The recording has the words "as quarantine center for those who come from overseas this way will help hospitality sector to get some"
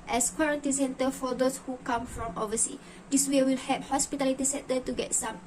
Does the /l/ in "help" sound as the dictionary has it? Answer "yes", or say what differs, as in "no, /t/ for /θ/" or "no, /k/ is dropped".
no, /l/ is dropped